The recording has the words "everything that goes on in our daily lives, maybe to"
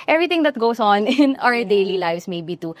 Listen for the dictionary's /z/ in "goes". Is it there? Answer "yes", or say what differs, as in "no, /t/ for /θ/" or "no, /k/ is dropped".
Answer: no, /s/ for /z/